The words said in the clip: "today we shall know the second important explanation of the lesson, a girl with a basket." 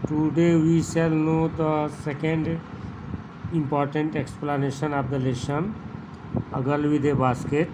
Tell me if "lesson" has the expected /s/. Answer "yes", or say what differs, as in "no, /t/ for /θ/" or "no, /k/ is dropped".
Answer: no, /ʃ/ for /s/